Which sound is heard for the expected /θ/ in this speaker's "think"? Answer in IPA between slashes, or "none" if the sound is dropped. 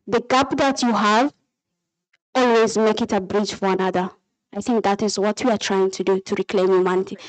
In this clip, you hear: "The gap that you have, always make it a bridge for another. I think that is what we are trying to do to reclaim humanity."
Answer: /θ/